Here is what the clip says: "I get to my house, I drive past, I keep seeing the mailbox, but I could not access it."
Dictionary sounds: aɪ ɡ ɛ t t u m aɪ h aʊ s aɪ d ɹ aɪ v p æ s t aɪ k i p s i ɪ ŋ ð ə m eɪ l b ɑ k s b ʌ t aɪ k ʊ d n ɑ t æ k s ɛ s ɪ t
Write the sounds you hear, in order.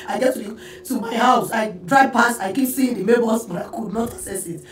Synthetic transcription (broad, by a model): aɪ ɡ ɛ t t u m aɪ h aʊ s aɪ d ɹ aɪ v p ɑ s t aɪ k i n s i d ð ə m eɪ b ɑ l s b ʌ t aɪ k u d n ɑ t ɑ s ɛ s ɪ t